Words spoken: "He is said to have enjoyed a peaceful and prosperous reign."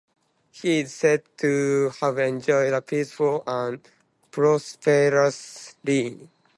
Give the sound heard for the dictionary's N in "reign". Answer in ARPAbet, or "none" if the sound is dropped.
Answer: none